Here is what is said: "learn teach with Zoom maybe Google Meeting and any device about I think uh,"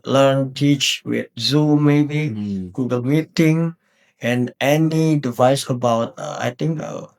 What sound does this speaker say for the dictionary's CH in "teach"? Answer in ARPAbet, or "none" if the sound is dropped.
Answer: CH